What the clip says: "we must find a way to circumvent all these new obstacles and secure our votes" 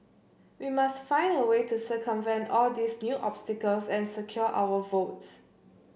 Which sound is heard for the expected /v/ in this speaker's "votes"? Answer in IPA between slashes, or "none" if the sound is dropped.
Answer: /v/